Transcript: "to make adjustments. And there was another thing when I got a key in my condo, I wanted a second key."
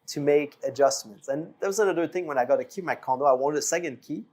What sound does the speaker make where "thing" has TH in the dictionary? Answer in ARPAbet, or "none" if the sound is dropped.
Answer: TH